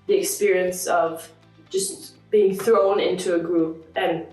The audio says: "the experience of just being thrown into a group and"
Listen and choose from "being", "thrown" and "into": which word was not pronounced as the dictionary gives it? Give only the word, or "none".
none